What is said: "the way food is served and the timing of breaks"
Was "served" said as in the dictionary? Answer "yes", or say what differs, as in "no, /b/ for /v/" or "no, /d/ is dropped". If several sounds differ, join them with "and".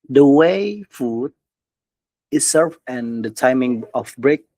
no, /d/ is dropped